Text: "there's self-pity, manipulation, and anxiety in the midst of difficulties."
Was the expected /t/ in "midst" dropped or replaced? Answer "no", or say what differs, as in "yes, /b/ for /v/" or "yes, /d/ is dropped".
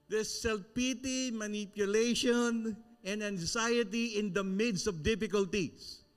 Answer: yes, /t/ is dropped